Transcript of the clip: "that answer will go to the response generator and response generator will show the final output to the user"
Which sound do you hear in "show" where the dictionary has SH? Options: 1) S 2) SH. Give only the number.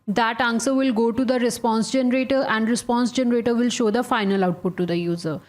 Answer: 2